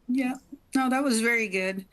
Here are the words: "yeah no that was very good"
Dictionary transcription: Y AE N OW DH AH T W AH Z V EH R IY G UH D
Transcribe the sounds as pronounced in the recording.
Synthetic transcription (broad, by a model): Y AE N OW DH AH T W AH Z V EH R IY G UH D